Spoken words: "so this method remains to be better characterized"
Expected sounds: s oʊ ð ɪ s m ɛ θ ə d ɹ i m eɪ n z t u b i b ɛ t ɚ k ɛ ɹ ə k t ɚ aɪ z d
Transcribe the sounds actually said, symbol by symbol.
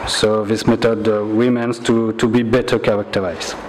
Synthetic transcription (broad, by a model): s oʊ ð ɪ s m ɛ t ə d w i m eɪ n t t u b i b ɛ t ɚ k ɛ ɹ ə k t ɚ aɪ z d